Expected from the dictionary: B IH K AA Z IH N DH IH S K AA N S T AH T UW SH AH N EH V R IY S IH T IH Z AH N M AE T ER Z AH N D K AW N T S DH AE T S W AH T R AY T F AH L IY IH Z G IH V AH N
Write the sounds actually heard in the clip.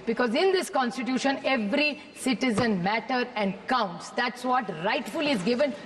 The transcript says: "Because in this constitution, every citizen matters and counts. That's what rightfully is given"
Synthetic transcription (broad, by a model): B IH K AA Z IH N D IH S K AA N S T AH T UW SH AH N EH V R IY S IH T IH Z AH N M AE T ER AH N D K AW N T S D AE T S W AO T R AY T F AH L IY IH Z G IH V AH N